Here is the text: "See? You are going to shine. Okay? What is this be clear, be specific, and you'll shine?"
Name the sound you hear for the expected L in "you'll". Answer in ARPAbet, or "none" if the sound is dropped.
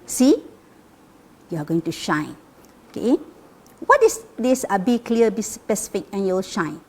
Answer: W